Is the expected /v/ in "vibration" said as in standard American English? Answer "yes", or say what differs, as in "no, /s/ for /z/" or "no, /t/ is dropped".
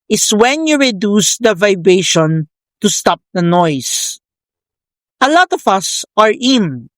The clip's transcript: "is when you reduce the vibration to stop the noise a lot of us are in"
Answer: yes